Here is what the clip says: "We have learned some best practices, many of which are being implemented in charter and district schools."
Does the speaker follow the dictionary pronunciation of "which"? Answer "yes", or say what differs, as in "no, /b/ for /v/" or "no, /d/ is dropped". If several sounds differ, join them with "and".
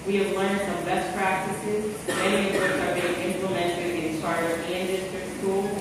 no, /s/ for /tʃ/